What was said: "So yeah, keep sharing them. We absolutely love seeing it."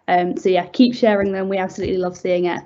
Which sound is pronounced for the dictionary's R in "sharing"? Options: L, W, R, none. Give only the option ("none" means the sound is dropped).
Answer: R